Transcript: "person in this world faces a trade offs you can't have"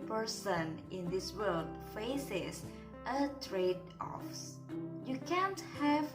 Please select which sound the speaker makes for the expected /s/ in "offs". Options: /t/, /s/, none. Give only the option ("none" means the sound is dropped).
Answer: /s/